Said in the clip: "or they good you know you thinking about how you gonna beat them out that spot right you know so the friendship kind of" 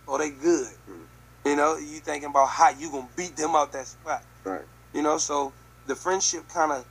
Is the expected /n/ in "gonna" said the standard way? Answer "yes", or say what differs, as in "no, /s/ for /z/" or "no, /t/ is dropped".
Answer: no, /n/ is dropped